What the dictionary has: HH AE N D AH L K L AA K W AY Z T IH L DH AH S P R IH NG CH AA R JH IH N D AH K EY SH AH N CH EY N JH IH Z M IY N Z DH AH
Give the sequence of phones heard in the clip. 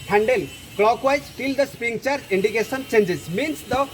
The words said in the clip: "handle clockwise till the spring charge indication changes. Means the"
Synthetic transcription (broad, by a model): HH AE N D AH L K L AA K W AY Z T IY L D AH S P IY NG CH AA R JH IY N D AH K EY S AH N CH EY N JH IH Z M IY N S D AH